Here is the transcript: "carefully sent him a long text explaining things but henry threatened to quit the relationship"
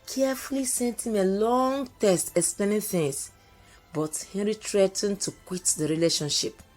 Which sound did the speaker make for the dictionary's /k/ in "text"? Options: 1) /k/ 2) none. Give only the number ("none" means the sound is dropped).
2